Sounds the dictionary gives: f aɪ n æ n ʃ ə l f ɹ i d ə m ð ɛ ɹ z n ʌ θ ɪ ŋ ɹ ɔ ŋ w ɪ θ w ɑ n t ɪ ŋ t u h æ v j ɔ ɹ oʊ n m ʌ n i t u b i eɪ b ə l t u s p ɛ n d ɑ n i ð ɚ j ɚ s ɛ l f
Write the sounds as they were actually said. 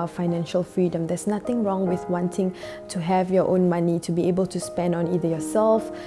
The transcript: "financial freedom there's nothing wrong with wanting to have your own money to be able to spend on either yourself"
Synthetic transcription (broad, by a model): f aɪ n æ n ʃ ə l f ɹ i d ə m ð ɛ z n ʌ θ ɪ ŋ ɹ ɔ ŋ w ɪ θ w ɑ n t ɪ ŋ t u h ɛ v j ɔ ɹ oʊ n m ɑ n i t u b i eɪ b ə l t u s p ɛ n d ɑ n i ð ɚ j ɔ s ɛ l f